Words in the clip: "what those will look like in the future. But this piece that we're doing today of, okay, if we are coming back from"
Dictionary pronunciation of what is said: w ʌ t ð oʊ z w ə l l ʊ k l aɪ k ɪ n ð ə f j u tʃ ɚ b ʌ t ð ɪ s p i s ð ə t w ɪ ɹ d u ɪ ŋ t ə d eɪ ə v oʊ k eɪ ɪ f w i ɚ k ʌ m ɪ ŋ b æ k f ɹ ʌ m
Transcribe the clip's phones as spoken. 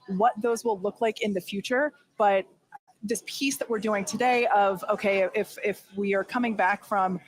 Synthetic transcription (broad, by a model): w ʌ t ð oʊ z w ə l l ʊ k l aɪ k ɪ n ð ə f j u tʃ ɚ b ʌ t ð ɪ s p i s ð ə t w ɪ ɹ d u ɪ ŋ t ə d eɪ ə v oʊ k eɪ ɪ f w i ɚ k ʌ m ɪ ŋ b æ k f ɹ ʌ m